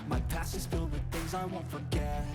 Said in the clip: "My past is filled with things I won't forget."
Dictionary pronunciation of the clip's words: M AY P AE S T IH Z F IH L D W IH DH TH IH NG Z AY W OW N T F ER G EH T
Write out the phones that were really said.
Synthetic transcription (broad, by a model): M AY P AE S IH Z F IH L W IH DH TH IH NG Z AY W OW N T F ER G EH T